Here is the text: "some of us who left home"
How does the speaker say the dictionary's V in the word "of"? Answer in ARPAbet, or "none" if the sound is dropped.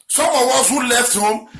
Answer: W